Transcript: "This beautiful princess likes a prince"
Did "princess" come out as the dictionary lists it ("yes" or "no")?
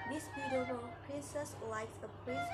yes